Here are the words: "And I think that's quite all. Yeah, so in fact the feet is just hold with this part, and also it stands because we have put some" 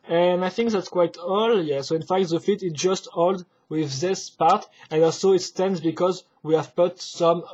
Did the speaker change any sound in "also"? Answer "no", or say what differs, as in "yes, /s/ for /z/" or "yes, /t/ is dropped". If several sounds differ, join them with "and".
no